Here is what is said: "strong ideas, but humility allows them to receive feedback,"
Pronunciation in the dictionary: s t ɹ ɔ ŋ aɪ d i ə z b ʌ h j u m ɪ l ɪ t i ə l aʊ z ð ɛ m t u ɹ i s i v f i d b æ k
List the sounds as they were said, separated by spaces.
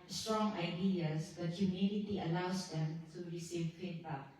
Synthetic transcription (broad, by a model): s t ɹ ɔ ŋ aɪ d i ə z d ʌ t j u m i n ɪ t i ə l aʊ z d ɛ m t u ɹ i s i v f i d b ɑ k